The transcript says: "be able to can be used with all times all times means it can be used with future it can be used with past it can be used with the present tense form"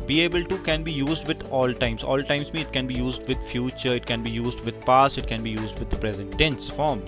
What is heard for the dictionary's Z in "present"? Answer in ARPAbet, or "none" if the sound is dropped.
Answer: Z